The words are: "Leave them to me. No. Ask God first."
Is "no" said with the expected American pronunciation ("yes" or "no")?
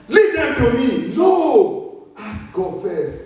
no